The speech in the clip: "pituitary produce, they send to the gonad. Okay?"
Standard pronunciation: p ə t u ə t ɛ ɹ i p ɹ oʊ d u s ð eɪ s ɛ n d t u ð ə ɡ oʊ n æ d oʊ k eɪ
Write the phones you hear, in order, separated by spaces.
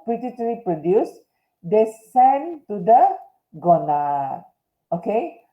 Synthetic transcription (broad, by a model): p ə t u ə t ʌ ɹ i p ɹ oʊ d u s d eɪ s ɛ n t u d ə ɡ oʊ n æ oʊ k eɪ